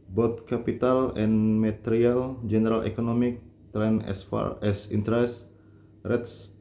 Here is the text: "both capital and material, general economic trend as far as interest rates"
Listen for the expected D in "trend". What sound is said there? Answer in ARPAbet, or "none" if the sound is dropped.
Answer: none